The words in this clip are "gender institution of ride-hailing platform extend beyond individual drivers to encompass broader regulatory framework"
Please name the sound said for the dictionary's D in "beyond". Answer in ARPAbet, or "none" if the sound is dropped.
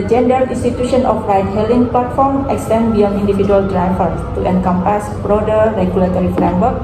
none